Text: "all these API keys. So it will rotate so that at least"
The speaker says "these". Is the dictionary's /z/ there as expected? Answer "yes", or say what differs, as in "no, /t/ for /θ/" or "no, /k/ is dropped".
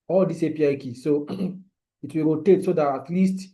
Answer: no, /s/ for /z/